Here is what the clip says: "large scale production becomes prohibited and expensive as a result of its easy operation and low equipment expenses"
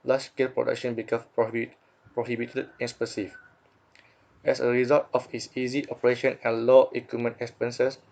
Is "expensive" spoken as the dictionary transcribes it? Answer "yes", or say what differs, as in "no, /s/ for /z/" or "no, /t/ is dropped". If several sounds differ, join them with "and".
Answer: no, /n/ is dropped